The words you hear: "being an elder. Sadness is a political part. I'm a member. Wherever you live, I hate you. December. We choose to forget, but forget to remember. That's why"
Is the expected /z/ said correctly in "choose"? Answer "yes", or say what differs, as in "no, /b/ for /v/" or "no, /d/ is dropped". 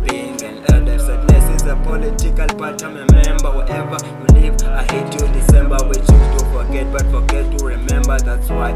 no, /z/ is dropped